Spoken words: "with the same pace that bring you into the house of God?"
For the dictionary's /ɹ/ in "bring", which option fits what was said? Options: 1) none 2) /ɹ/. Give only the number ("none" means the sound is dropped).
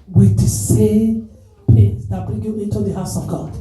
1